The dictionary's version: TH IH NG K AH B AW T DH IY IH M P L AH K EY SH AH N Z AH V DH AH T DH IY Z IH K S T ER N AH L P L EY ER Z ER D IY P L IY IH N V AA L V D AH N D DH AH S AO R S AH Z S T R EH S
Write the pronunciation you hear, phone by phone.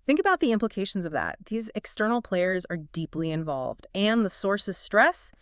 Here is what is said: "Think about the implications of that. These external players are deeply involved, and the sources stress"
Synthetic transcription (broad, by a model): TH IH NG K AH B AW T DH IY IH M P L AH K EY SH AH N Z AH V DH AH T DH IY Z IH K S T ER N L P L EY ER Z ER D IY P L IY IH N V AA L V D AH N DH AH S AO R S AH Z S T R EH S